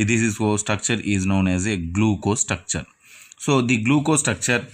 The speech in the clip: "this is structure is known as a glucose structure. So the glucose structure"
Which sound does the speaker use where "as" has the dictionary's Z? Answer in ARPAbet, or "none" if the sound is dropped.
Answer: Z